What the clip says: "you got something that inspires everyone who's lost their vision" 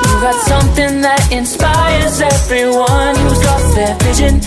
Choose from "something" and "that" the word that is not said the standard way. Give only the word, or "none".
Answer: none